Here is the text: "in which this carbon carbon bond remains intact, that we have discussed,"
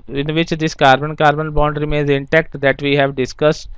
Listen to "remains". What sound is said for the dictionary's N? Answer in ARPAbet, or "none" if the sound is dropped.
N